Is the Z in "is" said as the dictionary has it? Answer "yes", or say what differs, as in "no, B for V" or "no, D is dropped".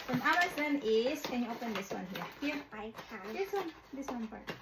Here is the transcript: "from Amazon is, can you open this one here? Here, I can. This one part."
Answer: no, S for Z